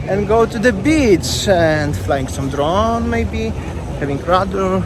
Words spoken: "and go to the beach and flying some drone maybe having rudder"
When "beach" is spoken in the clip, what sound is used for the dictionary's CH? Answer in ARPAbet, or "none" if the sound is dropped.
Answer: S